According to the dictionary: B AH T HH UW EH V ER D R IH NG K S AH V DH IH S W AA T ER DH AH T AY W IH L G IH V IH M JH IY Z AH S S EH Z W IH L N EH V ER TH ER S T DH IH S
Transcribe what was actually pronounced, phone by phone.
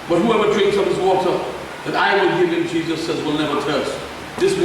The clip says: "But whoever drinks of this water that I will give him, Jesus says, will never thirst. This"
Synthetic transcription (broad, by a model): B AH T HH UW EH V ER D R IH NG K S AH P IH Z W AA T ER DH AH T AY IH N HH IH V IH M JH IY Z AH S S EH Z W IH L N EH V ER T ER S T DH IH S